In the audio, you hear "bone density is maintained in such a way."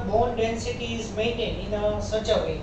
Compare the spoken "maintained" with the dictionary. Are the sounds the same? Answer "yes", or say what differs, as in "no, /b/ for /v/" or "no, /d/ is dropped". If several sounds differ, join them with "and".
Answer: no, /d/ is dropped